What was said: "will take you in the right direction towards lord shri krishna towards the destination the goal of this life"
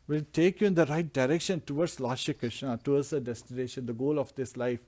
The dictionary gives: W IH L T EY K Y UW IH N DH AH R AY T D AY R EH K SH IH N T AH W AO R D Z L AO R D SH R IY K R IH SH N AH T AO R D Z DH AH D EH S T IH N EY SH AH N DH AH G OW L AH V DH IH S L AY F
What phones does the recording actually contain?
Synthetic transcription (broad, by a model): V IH L T EY K Y UW IH N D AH R AY T D AY R EH K SH IH N T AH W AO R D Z L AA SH IY K R IH SH N AH T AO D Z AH D EH S T IH N EY SH AH N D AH G OW L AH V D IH S L AY F